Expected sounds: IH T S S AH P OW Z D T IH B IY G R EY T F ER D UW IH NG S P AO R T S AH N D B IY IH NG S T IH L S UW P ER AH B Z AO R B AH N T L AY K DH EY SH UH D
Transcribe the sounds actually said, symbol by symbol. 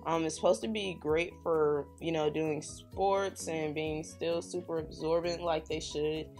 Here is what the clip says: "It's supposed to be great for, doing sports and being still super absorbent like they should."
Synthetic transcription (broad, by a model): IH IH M S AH P OW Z T IH B IY G R EY T F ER D UW IH NG S P AO R T S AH N B IY IH NG S T IH L S UW P ER AH B Z AO R B AH N T L AY K DH EY SH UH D